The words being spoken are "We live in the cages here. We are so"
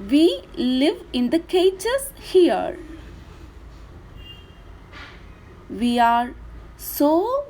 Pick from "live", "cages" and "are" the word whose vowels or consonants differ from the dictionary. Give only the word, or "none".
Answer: cages